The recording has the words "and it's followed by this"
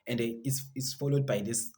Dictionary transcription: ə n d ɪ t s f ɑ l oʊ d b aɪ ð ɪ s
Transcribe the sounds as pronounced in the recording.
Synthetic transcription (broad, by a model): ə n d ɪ s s f ɑ l oʊ d b aɪ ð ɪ s